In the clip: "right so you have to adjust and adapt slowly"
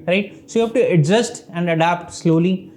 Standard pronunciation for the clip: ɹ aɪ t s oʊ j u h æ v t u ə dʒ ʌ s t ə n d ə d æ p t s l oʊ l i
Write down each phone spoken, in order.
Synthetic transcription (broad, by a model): ɹ aɪ t s oʊ j u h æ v t u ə z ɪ s t ə n d ə d æ p t s l oʊ l i